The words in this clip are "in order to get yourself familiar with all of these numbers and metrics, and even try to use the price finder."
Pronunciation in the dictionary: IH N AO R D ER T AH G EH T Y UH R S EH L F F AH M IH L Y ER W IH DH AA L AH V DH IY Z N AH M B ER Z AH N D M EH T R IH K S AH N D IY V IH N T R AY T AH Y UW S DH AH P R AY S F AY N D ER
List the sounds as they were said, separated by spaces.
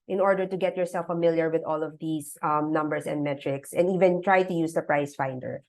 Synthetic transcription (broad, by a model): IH N AO R D ER T AH G EH T Y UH R S EH L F F AH M IH L Y ER W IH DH AA L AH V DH IY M N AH M B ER S AH N D M EH T R IH K S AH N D IY V IH N T R AY T AH Y UW S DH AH P R AY S F AY N D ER